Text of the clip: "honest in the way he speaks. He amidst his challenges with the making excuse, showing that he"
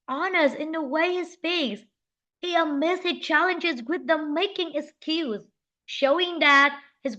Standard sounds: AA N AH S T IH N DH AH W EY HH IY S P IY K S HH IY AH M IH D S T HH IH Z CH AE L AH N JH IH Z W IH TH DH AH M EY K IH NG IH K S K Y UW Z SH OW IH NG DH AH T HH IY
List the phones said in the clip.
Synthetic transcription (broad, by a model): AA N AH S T IH N DH AH W EY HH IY S P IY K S HH IY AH M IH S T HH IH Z CH AE L AH N JH IH Z W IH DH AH M EY K IH NG IH K S K Y UW Z SH OW IH NG DH AH T HH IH